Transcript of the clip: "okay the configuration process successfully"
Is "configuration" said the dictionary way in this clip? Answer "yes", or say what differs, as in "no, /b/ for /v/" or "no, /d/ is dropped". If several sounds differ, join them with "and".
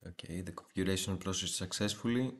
no, /s/ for /ʃ/